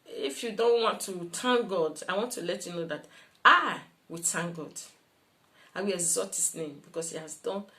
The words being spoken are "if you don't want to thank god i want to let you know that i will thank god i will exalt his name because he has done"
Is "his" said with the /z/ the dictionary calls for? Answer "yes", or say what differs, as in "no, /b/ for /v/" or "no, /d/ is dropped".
no, /s/ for /z/